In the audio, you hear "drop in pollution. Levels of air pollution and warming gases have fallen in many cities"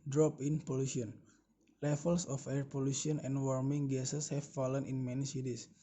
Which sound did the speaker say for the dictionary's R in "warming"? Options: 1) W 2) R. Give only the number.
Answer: 2